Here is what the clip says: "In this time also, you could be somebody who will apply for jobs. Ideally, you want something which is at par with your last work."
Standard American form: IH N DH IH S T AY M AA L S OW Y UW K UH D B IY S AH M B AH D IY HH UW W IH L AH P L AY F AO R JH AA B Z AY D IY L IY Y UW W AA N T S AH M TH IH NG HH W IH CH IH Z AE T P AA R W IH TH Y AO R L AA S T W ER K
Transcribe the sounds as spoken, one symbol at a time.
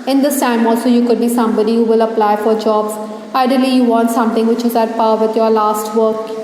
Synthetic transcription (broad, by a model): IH N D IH S T AY M AA L S OW Y UW K UH D B IY S AH M B AH D IY HH UW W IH L AH P L AY F AO R JH AA B Z AY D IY L IY Y UW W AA N T S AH M T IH NG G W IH CH IH Z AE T P AA R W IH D Y AO R L AA S T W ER K